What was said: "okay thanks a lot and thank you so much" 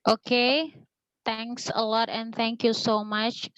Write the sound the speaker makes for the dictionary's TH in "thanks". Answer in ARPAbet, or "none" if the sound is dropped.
T